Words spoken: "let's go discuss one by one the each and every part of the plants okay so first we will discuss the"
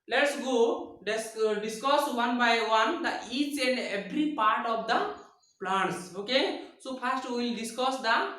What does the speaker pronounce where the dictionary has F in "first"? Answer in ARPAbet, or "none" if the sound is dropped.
P